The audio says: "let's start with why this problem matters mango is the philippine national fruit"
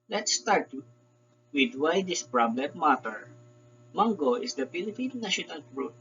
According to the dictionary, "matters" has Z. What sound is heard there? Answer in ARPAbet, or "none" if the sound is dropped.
none